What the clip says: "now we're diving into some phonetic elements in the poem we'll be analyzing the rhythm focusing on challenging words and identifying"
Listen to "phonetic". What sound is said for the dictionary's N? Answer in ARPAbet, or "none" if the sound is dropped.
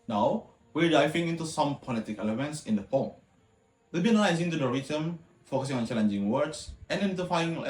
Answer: L